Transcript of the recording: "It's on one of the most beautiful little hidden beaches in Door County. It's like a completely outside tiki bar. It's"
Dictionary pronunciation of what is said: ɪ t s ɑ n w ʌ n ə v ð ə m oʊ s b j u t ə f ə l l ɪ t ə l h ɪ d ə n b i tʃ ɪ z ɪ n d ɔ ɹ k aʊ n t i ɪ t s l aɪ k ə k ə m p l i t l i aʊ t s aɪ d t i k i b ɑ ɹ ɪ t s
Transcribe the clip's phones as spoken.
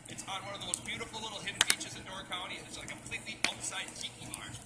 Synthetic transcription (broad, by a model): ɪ t s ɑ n w ʌ n ə v ð ə m oʊ s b j u t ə f l l ɪ t l h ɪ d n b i tʃ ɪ z ɪ n d ɔ ɹ k aʊ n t i ɪ t s l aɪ ə k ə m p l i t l i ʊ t s aɪ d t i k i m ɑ ɹ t